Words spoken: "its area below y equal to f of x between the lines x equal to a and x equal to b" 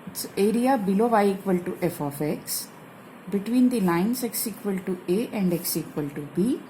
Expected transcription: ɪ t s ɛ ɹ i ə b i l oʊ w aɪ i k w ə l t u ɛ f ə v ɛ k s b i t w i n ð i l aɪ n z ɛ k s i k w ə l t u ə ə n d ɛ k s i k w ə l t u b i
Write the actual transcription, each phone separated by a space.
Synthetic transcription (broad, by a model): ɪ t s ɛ ɹ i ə b i l oʊ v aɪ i k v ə l t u ɛ f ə f ɛ k s b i t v i n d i l aɪ n s ɛ k s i k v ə l t u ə ə n d ɛ k s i k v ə l t u b i